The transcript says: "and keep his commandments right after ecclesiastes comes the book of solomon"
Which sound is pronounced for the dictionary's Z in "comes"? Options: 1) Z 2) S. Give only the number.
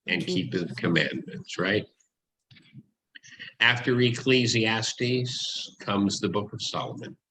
1